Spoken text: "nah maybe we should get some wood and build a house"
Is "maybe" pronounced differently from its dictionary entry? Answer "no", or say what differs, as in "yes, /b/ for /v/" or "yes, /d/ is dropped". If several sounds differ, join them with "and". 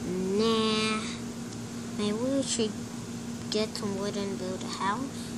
yes, /b/ is dropped